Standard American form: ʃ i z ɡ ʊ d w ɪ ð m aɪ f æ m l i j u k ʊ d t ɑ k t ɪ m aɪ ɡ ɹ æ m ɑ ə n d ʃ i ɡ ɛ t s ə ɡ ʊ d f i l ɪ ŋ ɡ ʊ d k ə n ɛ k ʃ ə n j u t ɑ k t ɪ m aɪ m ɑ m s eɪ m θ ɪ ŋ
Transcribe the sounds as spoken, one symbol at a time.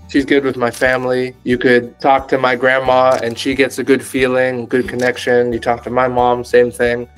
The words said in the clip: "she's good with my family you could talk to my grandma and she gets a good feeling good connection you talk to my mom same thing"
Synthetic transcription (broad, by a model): ʃ i z ɡ ʊ d w ɪ ð m aɪ f æ m l i j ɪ k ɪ d t ɑ k t ɪ m aɪ ɡ ɹ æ m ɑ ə n ʃ i ɡ ɛ t s ə ɡ ʊ d f i l ɪ ŋ ɡ ʊ d k ə n ɛ k ʃ ə n j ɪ t ɑ k t ɪ m aɪ m ɑ m s eɪ m θ ɪ ŋ